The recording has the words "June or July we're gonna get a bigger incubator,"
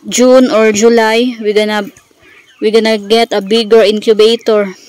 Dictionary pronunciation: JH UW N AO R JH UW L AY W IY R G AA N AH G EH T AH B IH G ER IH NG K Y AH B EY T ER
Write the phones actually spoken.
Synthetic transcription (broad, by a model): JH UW N AO R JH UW L AY W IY W G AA N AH G EH T AH B IH G ER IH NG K Y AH B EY T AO